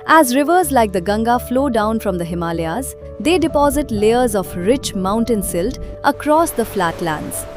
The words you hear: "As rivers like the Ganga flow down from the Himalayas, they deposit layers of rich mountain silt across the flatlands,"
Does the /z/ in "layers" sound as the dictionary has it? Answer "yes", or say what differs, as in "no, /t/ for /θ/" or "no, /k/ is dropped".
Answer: yes